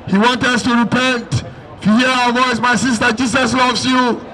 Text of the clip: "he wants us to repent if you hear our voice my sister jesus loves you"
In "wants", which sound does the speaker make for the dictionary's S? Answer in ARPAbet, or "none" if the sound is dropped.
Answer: none